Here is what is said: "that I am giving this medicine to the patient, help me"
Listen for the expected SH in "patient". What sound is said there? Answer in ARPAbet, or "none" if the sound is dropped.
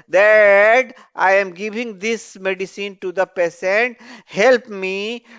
S